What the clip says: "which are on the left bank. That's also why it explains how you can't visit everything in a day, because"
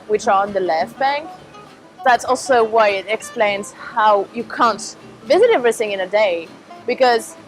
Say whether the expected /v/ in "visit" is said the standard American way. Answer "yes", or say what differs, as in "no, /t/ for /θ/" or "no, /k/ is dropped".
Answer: yes